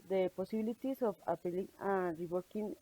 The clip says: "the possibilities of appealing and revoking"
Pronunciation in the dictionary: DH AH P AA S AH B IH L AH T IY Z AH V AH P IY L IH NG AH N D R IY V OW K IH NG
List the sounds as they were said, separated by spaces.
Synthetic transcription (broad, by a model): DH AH P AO S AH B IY L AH T IY S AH F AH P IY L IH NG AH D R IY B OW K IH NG